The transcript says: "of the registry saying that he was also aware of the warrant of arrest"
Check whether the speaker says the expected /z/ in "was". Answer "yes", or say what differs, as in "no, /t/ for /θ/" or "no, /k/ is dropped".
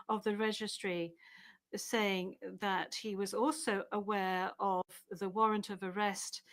yes